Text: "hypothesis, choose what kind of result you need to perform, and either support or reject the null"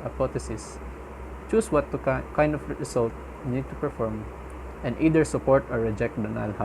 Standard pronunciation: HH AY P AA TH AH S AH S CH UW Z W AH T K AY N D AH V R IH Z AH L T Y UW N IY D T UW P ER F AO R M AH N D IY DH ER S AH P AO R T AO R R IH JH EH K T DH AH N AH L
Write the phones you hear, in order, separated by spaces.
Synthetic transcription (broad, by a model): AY P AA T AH S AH S CH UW S W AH T K AY N D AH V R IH S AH L T N IY D T UW P ER F AO R M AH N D IY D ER S AH P AO R T AO R R IH JH EH K T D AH N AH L